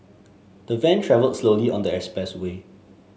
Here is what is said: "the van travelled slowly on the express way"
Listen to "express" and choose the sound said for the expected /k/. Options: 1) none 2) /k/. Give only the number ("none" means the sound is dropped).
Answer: 1